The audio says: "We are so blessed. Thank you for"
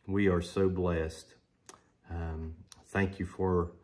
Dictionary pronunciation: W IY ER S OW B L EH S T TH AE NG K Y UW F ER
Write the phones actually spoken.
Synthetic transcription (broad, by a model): W IY ER S OW B L EH S T TH AE NG K Y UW F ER